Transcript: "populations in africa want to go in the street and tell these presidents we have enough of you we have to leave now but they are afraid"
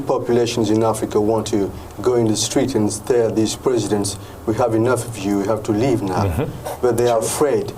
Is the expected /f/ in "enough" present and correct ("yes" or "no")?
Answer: yes